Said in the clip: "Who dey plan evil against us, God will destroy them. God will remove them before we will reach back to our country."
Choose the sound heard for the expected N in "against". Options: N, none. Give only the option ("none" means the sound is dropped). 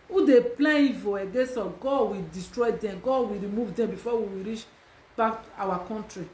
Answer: none